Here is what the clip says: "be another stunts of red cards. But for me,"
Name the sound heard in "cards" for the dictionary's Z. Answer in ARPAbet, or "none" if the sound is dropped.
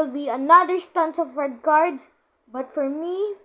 S